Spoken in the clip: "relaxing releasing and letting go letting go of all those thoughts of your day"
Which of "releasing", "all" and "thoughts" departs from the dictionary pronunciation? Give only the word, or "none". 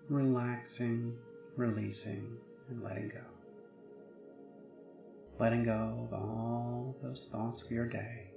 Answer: none